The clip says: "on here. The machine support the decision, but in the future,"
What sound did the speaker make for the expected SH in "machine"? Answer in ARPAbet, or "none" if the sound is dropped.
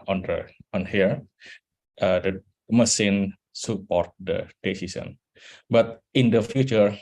S